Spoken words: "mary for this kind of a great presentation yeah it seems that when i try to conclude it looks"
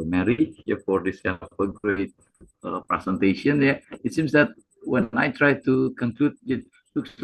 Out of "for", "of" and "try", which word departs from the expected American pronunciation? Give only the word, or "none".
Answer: of